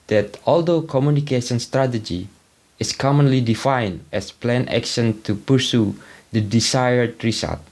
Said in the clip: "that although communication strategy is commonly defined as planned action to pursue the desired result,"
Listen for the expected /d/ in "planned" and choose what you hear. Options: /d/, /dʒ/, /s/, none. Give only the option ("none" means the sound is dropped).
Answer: none